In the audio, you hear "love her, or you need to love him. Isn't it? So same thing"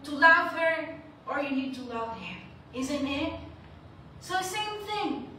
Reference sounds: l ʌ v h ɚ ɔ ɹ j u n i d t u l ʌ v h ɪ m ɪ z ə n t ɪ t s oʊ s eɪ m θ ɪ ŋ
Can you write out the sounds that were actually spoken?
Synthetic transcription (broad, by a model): l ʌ v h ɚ ɔ ɹ j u n i d t u l ʌ v h ɪ m ɪ z ə n t ɪ t s oʊ s eɪ m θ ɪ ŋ